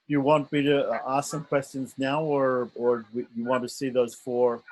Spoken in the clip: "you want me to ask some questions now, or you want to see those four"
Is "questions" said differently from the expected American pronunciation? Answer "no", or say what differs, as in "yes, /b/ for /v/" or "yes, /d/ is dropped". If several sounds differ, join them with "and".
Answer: no